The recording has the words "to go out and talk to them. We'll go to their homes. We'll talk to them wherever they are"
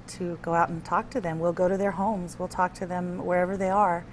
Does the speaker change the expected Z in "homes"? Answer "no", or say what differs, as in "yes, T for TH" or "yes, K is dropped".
no